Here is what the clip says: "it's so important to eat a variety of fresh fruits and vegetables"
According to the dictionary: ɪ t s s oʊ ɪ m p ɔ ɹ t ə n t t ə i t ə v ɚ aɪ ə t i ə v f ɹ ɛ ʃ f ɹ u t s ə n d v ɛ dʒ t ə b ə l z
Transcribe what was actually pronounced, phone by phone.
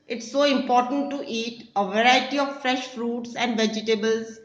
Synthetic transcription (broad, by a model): ɪ t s s oʊ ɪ m p ɔ ɹ t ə n t t i t ə v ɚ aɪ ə t i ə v f ɹ ɛ ʃ f ɹ u t s ə n d v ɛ dʒ t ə b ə l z